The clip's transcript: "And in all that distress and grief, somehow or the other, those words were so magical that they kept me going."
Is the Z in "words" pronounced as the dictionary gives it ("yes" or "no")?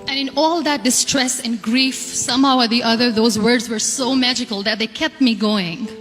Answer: yes